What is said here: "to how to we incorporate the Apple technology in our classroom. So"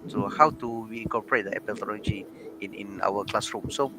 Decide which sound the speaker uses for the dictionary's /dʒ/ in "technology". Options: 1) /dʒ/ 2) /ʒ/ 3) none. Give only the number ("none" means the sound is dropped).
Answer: 3